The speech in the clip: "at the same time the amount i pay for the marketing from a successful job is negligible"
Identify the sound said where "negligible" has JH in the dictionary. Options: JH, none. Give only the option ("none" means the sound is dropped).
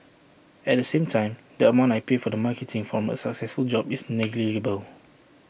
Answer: none